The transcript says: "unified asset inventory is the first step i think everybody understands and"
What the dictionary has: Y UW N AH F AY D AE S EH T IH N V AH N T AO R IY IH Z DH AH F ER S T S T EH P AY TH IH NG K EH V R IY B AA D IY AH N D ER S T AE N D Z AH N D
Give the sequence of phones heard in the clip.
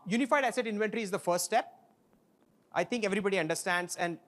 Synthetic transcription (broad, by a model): Y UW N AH F AY D AE S EH T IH N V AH N T R IY IH Z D AH F ER S T S T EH P AY T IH NG K EH V R IY B AA D IY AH N D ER S T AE N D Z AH N D